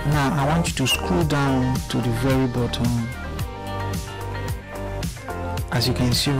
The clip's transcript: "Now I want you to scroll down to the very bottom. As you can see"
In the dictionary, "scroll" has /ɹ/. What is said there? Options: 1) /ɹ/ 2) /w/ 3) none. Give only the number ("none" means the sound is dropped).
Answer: 3